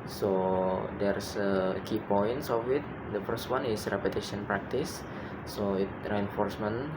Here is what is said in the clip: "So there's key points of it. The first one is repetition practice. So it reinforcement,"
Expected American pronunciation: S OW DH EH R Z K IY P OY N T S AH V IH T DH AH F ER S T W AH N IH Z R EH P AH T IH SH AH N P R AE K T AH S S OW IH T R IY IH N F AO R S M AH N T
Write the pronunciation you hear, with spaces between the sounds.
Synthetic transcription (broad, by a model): S OW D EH R S K IY P OY N T S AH F IH T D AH F ER S T W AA N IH S R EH P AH T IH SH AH N P R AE K T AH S S OW IH T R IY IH N F AO R S M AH N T